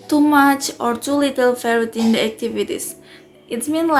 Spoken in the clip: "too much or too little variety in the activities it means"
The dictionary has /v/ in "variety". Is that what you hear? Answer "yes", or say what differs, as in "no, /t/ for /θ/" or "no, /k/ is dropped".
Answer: no, /f/ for /v/